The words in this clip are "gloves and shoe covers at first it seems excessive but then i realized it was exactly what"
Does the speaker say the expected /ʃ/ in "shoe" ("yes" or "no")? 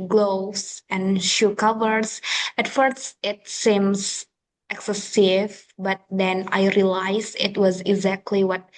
yes